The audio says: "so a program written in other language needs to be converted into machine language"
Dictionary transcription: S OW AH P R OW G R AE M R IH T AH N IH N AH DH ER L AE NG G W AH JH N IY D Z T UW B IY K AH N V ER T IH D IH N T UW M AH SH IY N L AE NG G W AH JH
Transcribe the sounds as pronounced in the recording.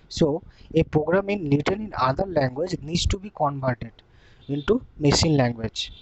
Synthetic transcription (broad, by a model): S OW AH P R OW G R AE M L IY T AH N IH N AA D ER L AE NG G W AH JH N IY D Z T UW B IY K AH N B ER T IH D IH N T UW M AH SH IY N L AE NG G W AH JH